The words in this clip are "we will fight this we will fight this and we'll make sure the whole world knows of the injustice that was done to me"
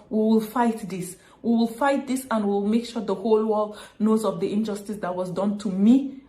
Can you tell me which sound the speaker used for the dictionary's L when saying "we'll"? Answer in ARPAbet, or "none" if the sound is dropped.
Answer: L